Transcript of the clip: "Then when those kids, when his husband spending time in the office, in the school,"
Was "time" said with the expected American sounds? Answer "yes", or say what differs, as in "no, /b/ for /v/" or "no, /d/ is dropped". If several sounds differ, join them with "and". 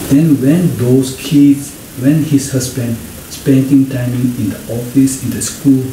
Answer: yes